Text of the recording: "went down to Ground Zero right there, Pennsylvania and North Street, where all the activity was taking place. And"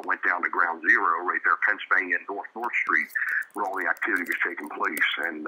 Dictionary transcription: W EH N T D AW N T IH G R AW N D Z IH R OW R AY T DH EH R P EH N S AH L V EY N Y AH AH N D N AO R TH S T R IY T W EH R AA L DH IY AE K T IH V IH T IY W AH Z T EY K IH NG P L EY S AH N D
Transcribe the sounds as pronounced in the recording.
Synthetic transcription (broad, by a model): W EH N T D AW N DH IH G R AW N D Z IH R OW R AY T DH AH R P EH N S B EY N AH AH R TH N AO R TH S T R IY T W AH R AA L DH IY AE K T IH V IH T IY W AH Z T EY K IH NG P L EY S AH N